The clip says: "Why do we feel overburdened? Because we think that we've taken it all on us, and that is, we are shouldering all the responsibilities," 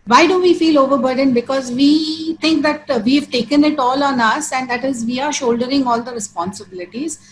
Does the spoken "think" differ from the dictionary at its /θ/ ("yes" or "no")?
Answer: yes